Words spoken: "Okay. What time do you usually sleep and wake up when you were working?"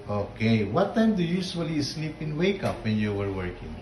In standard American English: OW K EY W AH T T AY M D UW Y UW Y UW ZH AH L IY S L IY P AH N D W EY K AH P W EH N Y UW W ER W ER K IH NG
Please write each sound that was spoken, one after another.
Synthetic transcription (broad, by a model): OW K EY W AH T T AY M D UW Y UW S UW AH L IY S L IY P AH N W EY K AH P W EH N Y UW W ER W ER K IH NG